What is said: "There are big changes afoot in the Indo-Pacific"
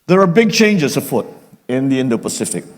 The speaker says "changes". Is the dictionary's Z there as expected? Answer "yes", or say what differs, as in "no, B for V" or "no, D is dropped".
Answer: no, S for Z